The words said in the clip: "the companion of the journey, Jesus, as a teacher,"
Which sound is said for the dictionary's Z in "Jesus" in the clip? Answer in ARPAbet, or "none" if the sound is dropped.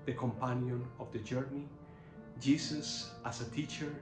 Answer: S